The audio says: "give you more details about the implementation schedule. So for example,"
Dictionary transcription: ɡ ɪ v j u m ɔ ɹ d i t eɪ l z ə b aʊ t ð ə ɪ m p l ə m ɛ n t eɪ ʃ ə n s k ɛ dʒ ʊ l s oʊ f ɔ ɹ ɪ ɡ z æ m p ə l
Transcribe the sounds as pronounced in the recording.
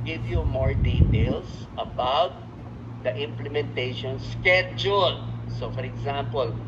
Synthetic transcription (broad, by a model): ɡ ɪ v j u m ɔ ɹ d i t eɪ l s ə b aʊ t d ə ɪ m p l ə m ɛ n t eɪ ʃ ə n s k ɛ dʒ ʊ l s oʊ f ɔ ɹ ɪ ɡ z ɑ m p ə l